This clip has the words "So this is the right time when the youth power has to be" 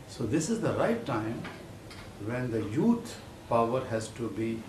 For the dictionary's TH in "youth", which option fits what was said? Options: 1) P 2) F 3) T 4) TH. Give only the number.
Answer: 3